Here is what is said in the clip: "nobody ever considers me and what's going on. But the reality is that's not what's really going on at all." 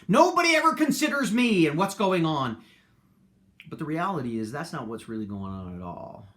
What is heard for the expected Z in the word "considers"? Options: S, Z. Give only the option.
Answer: Z